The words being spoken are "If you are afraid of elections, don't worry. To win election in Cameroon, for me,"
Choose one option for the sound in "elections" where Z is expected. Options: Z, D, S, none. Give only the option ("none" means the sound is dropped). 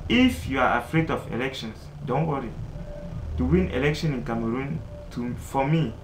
S